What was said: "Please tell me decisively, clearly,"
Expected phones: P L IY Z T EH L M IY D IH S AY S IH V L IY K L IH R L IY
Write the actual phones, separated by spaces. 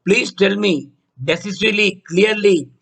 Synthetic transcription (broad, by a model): P L IY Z T EH L M IY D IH S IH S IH L IY K L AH R L IY